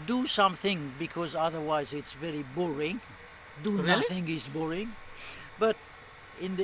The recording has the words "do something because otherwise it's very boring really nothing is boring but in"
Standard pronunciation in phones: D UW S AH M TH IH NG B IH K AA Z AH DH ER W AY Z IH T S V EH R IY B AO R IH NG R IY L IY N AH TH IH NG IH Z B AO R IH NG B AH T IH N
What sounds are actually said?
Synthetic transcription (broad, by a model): D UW S AH M TH IH NG B IH K AA Z AH DH ER W AY Z IH T S V EH R IY B AO R IH NG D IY N AH TH IH NG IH S B AO R IH NG B AH T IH N